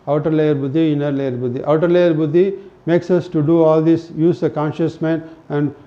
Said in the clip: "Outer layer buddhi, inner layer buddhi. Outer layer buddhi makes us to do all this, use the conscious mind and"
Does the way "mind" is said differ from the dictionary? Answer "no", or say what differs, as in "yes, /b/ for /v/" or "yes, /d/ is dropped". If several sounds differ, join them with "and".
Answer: yes, /d/ is dropped